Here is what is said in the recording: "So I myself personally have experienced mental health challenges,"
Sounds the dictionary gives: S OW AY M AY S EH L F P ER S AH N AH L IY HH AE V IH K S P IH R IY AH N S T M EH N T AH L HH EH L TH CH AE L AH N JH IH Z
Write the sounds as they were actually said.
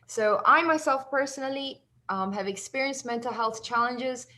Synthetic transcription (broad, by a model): S OW AY M AY S EH L F P ER S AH N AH L IY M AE V IH K S P IH R IY AH N S T M EH N T AH L HH EH L TH CH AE L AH N JH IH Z